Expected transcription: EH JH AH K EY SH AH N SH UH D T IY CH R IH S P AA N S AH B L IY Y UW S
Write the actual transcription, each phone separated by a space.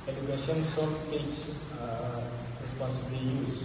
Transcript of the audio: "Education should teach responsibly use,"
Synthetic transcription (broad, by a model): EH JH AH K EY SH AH N S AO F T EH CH R IH S P AA N S AH B L IY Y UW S